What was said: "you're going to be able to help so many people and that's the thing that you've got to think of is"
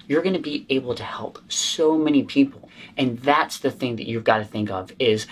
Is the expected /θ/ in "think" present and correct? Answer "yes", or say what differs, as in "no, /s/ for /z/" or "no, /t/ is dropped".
yes